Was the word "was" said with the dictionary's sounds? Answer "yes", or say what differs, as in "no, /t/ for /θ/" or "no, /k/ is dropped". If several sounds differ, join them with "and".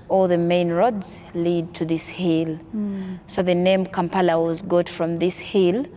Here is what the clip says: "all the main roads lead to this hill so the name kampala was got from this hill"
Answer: yes